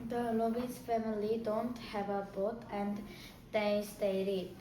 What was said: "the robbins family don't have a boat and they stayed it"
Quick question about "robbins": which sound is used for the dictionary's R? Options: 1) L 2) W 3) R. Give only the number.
1